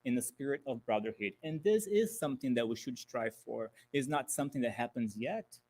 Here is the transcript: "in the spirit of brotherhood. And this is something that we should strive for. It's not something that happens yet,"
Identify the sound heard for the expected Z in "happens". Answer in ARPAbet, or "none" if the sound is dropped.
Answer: Z